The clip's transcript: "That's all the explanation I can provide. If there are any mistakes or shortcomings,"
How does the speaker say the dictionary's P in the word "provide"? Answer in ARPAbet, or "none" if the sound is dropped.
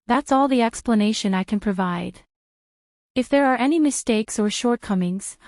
P